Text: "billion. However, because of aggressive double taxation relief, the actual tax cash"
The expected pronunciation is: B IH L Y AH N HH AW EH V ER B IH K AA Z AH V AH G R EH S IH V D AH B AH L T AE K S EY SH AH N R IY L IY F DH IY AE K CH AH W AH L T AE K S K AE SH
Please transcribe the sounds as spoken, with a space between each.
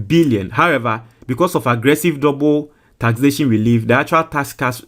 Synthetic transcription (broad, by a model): B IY L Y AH N HH AW EH V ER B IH K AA S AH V AH G R EH S IH V D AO B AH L T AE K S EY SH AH N W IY L IY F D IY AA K CH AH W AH L T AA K S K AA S